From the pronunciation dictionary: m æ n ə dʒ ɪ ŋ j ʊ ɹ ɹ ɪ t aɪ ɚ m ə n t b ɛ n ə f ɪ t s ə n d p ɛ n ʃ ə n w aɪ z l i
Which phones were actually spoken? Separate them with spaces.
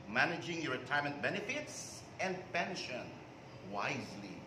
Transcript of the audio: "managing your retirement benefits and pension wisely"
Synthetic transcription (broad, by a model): m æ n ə dʒ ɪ ŋ j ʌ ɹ ɹ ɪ t aɪ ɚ m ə n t b ɛ n ə f ɪ t s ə n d p ɛ n ʃ ə n w aɪ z l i